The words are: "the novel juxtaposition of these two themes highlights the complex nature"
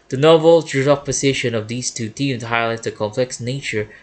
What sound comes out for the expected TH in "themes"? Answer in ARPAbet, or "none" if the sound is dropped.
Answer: T